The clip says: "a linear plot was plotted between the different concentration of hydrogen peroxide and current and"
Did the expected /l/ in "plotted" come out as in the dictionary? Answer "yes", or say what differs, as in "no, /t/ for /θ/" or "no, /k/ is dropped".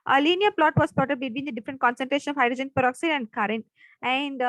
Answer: no, /l/ is dropped